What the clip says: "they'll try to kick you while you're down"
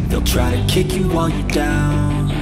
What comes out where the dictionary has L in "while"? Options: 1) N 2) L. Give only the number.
1